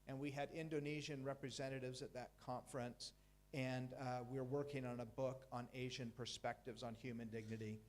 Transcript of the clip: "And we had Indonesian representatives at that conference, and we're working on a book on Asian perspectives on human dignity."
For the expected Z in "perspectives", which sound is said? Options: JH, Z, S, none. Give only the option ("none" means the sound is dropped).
Z